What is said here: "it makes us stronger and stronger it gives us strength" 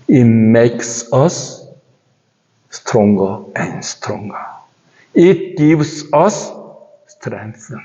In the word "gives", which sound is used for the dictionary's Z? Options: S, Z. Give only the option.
S